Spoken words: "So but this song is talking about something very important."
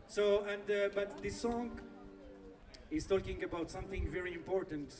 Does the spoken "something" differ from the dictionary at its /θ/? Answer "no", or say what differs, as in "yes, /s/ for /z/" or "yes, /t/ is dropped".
no